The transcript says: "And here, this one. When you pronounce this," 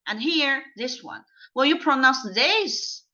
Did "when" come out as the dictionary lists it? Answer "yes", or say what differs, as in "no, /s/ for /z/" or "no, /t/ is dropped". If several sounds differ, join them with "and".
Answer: no, /l/ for /n/